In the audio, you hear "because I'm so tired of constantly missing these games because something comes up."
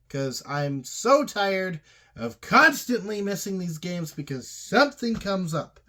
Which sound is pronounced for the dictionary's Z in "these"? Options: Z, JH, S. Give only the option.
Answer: Z